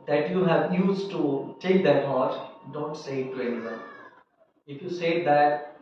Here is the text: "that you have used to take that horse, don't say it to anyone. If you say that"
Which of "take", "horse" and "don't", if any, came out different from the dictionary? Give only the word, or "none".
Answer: horse